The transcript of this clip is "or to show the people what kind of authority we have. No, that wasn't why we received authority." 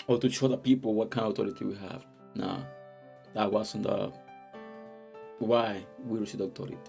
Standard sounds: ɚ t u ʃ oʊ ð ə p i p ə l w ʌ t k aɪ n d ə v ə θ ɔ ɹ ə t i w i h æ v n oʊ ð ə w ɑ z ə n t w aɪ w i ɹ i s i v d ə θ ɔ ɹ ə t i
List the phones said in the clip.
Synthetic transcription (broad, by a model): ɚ t u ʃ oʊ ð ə p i p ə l w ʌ t k aɪ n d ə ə t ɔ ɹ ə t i w i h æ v n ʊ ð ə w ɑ s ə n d w aɪ w i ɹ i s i d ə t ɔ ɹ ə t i